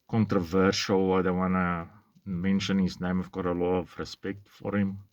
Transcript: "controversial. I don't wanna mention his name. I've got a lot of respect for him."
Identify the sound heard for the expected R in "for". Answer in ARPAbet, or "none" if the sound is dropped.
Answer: R